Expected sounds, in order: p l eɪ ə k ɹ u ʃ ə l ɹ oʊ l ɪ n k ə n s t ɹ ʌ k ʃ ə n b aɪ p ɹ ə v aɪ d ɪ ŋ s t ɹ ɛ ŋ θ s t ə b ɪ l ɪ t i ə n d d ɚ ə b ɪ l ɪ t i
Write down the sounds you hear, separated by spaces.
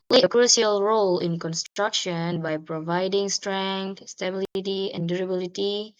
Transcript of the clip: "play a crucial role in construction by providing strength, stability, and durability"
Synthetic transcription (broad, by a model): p l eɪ ə k ɹ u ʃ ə l ɹ oʊ l ɪ n k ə n s t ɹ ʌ k ʃ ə n b aɪ p ɹ ə v aɪ d ɪ ŋ s t ɹ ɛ ŋ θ s t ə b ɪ l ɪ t i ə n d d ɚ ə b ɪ l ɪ t i